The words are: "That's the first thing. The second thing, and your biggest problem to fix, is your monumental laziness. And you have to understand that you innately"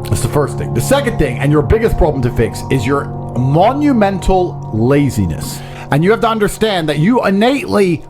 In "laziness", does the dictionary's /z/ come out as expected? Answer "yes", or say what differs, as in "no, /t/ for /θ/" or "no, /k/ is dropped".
yes